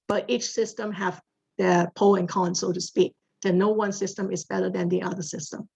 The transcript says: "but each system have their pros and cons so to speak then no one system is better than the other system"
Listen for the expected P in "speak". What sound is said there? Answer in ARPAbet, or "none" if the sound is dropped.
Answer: P